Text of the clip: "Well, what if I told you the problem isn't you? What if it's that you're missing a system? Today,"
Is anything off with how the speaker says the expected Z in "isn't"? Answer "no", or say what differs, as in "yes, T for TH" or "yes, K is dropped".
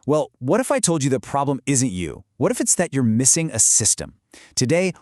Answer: no